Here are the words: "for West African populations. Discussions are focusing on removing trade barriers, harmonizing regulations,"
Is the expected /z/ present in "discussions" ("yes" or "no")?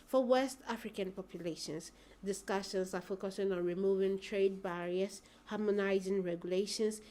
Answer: no